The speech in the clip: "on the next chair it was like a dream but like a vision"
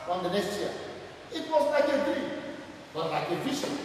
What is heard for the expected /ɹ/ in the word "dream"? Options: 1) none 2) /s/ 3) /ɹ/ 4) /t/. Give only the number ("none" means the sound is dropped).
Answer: 1